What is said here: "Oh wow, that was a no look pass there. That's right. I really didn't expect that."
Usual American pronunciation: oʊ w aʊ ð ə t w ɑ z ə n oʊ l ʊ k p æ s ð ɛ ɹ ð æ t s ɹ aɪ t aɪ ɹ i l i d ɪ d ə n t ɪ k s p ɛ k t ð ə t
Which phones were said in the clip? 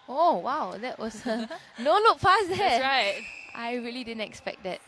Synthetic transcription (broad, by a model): oʊ w aʊ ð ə t w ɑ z ə n oʊ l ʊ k f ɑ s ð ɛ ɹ ɹ aɪ t aɪ ɹ i l i d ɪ d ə n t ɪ k s p ɛ k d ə t